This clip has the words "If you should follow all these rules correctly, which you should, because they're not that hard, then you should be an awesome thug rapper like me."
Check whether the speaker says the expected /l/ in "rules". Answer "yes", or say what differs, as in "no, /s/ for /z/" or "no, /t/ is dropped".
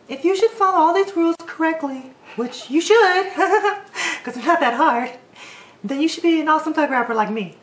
yes